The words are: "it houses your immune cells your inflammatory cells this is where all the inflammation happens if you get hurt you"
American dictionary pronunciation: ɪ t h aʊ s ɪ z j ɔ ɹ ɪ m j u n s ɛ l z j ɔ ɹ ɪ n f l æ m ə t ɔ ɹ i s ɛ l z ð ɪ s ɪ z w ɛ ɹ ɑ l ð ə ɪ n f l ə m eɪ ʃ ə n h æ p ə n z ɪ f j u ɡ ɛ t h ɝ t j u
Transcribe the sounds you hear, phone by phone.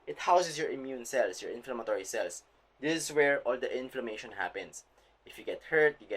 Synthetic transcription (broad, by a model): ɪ t h aʊ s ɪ s j ɔ ɹ ɪ m j u n s ɛ l s j ɔ ɹ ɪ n f l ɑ m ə t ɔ ɹ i s ɛ l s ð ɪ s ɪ s w ɛ ɹ ɑ l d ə ɪ n f l ə m eɪ ʃ ə n h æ p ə n s ɪ f j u ɡ ɛ t h ɝ t j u